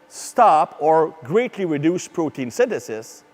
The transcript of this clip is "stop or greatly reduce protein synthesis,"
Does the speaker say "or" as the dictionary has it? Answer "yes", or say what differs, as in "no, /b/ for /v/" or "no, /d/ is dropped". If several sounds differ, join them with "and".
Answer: yes